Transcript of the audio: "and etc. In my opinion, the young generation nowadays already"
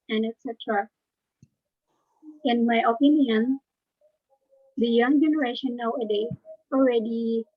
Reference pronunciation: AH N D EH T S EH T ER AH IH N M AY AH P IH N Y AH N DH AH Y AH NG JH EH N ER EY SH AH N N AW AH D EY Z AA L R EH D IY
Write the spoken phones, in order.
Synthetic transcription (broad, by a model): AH N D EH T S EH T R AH IH N M AY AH P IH N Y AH N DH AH Y AH NG JH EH N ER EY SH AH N N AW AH D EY AA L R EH D IY